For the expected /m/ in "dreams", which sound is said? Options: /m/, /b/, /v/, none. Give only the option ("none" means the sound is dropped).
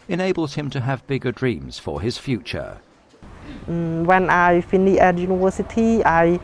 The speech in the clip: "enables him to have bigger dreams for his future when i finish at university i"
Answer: /m/